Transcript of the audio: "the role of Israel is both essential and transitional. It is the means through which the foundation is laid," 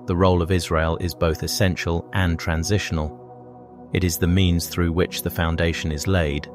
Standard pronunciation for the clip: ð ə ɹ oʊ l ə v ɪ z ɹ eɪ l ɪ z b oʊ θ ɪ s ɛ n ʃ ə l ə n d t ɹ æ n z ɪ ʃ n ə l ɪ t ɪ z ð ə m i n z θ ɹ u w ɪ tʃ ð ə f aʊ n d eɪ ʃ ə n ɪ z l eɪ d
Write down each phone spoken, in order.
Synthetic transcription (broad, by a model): ð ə ɹ oʊ l ə v ɪ z ɹ eɪ l ɪ z b oʊ θ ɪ s ɛ n ʃ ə l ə n t ɹ æ n z ɪ ʃ n ə l ɪ t ɪ z ð ə m i n z θ ɹ u w ɪ tʃ ð ə f aʊ n d eɪ ʃ ə n ɪ z l eɪ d